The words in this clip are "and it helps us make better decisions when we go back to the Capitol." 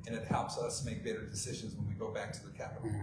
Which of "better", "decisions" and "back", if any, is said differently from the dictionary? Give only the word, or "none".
none